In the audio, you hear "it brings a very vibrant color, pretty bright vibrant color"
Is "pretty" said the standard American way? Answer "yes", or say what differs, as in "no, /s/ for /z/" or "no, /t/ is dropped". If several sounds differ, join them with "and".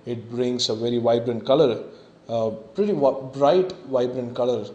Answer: yes